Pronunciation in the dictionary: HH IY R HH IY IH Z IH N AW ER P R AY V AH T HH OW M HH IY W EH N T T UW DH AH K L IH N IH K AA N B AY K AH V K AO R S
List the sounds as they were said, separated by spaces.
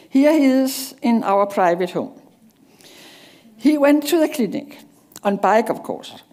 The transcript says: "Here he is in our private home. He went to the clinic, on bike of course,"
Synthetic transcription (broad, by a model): HH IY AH HH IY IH S IH N AW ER P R AY V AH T HH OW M HH IY W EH N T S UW DH AH K L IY N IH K AA N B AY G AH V K AO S